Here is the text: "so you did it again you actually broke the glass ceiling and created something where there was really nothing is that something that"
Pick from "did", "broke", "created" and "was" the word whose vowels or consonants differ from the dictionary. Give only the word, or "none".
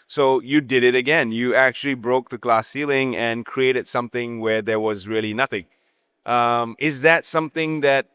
none